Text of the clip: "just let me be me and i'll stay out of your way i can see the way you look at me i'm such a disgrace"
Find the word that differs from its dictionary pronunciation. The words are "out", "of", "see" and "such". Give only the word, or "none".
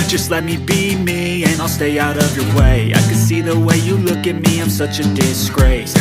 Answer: none